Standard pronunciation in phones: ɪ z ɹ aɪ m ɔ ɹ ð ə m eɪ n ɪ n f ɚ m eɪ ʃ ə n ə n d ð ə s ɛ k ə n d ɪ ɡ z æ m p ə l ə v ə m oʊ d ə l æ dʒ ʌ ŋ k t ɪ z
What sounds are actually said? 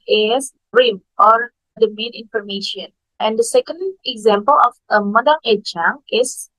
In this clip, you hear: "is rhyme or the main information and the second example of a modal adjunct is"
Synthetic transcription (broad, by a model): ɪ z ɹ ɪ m ɔ ɹ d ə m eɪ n ɪ n f ɚ m eɪ ʃ ə n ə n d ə s ɛ k ə n d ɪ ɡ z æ m p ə l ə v ə m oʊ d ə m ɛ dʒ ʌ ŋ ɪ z